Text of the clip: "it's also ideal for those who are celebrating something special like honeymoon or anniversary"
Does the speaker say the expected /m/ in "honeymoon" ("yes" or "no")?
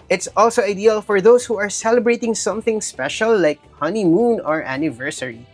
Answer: yes